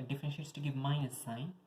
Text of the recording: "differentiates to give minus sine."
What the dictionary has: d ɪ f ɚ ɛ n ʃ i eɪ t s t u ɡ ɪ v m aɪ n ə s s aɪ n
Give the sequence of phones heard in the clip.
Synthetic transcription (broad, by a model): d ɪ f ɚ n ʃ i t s t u ɡ ɪ v m aɪ ə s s aɪ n